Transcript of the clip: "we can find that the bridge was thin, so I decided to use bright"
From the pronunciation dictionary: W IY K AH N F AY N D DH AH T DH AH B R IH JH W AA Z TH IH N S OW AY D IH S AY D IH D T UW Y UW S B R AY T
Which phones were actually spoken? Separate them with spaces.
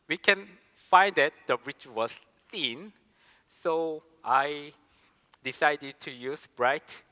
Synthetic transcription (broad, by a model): W IY K AH N F AY N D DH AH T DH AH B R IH CH W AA S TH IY N S OW AY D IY S AY D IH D T UW Y UW S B R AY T